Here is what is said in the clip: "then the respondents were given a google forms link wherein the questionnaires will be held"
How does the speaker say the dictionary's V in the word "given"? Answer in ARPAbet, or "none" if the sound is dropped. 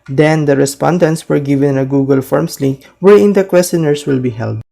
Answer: V